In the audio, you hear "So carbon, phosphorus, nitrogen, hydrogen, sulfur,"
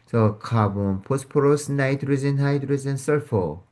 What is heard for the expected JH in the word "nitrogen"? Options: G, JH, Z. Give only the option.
Z